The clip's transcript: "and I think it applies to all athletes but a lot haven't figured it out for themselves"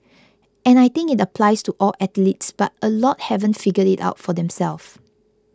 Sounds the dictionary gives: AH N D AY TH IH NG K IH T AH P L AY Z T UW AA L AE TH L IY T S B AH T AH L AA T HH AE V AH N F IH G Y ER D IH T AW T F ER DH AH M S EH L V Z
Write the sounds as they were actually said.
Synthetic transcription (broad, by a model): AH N AY T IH NG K IH T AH P L AY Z T UW AA L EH T L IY T S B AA T AH L AA T HH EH V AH N F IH G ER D IH T AW T F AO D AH M S EH L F